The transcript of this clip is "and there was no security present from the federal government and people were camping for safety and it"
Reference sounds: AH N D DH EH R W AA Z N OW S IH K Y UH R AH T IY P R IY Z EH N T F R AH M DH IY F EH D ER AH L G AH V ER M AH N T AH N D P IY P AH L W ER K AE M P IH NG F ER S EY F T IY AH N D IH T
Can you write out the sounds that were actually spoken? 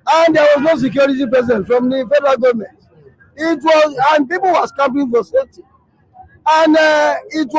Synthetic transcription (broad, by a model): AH N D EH W AA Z N OW S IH K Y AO R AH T IY P R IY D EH N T F R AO M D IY F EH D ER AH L G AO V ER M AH N T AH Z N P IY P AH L W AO K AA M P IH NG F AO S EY T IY AH N D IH T